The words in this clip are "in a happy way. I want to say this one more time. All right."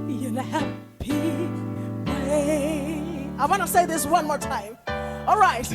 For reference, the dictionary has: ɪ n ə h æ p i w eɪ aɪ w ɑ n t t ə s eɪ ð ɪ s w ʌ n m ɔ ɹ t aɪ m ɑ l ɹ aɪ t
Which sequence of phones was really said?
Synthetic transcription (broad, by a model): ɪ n ə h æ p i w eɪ aɪ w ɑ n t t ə s eɪ ð ɪ s w ʌ n m ɔ ɹ t aɪ m ɑ l ɹ aɪ t